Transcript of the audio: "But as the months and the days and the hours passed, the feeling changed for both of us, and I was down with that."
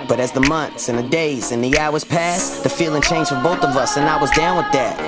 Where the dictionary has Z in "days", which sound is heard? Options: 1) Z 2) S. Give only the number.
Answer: 1